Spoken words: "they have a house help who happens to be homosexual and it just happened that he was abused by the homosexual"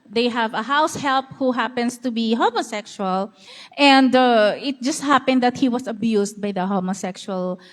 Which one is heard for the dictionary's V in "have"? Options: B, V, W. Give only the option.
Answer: V